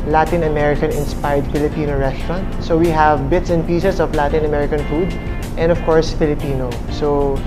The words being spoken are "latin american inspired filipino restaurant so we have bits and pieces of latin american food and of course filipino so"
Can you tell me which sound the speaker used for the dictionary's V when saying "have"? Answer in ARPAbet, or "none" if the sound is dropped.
V